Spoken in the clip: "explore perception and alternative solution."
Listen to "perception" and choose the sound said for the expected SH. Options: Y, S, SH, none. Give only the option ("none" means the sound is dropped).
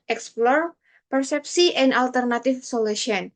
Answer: S